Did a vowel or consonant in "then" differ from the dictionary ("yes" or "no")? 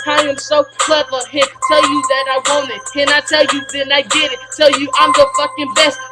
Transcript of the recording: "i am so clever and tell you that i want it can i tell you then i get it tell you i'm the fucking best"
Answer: yes